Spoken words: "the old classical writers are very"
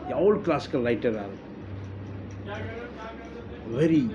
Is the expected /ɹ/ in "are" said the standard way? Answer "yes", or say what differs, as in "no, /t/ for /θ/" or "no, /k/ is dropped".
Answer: no, /l/ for /ɹ/